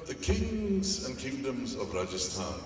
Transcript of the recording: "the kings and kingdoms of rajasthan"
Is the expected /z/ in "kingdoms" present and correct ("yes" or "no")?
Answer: yes